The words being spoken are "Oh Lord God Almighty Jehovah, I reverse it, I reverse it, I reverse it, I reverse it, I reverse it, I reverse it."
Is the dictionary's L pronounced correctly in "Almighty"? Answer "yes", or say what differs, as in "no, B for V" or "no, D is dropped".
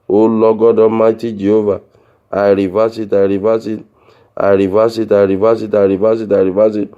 no, L is dropped